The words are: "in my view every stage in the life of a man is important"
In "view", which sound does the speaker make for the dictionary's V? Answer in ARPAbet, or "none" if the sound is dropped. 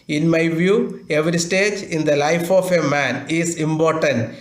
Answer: V